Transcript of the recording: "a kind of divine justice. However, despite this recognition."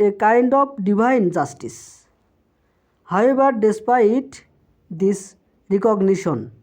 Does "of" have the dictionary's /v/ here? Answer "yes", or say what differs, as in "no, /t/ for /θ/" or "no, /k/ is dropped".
no, /p/ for /v/